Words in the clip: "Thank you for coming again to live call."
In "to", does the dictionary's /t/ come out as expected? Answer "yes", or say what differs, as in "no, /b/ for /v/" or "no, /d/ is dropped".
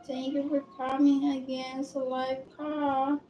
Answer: no, /s/ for /t/